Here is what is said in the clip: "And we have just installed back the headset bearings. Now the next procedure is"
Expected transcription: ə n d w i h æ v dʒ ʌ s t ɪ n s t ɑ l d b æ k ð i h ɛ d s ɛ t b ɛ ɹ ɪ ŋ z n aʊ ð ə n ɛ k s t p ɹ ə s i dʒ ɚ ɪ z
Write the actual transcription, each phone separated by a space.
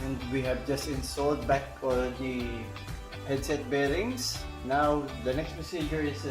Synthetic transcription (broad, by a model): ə n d w i h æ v dʒ ʌ s t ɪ n s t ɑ l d b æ k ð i h ɛ d s ɛ t b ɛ ɹ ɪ ŋ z n aʊ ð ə n ɛ k s t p ə s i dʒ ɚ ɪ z